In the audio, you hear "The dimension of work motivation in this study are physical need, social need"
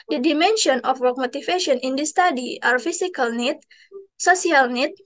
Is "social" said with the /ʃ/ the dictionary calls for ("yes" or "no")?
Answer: no